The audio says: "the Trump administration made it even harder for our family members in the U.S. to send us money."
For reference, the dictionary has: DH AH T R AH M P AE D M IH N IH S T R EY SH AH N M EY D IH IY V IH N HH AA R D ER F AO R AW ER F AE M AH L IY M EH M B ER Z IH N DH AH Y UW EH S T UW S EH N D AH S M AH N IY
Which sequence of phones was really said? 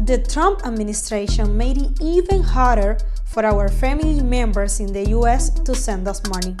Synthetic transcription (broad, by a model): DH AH T R AH M P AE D M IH N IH S T R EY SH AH N M EY D IH IY V IH N HH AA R D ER F AO R AW ER F AE M AH L IY M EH M B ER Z IH N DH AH Y UW EH S T UW S EH N D AH S M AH N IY